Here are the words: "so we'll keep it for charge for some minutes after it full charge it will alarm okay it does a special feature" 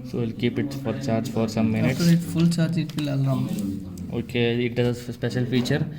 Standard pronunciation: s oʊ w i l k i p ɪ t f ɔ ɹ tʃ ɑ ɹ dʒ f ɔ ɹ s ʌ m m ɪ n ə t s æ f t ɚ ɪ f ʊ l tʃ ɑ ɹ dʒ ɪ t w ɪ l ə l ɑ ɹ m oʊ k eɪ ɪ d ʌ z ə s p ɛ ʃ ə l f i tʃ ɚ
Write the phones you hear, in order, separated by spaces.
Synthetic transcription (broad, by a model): s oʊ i l k i p ɪ t f ɔ ɹ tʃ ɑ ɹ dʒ f ɔ ɹ s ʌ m m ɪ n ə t ɪ t f ʊ l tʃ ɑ ɹ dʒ ɪ t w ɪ l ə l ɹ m oʊ k eɪ ɪ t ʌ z ə s p ɛ ʃ ə l f i tʃ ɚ